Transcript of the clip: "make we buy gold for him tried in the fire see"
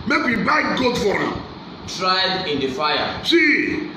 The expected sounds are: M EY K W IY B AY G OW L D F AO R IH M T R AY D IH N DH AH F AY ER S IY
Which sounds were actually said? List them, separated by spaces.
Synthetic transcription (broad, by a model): M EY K W IY B AY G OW D F AO R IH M T R AY D IH N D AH F AY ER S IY